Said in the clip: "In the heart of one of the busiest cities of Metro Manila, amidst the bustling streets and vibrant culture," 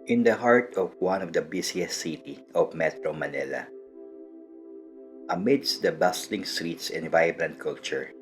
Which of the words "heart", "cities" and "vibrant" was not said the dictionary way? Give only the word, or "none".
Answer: cities